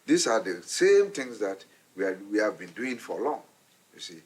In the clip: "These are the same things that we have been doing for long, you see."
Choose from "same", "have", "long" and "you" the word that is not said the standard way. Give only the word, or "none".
none